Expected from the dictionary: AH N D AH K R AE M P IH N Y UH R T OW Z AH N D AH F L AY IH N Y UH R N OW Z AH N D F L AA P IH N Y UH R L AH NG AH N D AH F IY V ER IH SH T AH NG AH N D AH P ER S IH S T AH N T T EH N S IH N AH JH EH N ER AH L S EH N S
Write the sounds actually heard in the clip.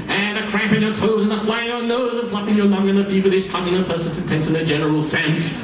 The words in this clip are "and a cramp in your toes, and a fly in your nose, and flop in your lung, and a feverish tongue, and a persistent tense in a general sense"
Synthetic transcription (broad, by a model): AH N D AH K R AE M P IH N Y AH R T OW Z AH N AH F L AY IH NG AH N OW Z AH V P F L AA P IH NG Y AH R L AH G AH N AH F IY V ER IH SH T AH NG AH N AH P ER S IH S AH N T T EH N S IH N AH JH EH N ER L S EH N S